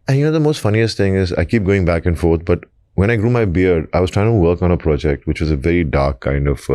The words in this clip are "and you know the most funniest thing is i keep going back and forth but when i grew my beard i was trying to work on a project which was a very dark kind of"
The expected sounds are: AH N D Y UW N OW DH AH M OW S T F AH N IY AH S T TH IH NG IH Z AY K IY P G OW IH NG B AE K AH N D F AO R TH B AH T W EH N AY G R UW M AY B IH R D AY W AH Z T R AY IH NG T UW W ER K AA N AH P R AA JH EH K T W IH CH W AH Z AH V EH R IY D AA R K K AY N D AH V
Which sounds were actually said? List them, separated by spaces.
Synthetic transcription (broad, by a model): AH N Y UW N OW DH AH M OW S T F AH N IY AH S T IH NG IH Z AY K IY P G OW IH NG B AE K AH N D F AO R T B AH T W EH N AY G R UW M AY B IH R D AY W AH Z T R AY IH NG T UW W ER K AA N AH P R AA JH EH K T W IH CH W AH Z AH V EH R IY D AA R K K AY N D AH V